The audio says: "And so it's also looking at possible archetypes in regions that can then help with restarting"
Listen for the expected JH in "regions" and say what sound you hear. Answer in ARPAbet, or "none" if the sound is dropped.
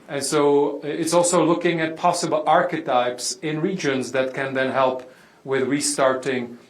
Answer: JH